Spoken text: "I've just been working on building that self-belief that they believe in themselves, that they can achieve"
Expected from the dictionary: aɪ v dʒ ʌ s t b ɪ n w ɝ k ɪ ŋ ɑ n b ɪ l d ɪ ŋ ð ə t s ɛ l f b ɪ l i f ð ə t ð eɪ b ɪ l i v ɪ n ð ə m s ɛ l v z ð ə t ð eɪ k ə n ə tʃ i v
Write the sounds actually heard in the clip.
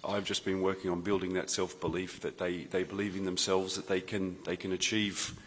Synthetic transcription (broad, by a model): aɪ v dʒ ʌ s b ɪ n w ɝ k ɪ ŋ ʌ n b ɪ l d ɪ ŋ ð ə t s ɛ l f b ɪ l i f ð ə t ð eɪ b ɪ l i v ɪ n ð ə m s ɛ l v z ð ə t ð eɪ k ə n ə tʃ i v